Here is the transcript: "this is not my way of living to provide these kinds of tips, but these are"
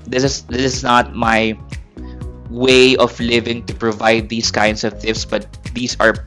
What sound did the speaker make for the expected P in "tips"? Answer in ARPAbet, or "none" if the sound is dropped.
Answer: F